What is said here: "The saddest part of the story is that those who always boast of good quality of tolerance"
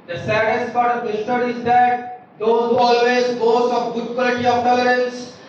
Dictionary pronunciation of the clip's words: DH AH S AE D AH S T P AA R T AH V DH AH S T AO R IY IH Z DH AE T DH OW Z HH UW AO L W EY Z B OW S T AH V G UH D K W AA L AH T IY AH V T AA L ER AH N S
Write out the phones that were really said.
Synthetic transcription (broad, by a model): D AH S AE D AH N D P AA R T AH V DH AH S T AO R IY IH Z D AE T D OW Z HH UW AO L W EY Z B OW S AH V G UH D K W AA L AH T IY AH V T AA L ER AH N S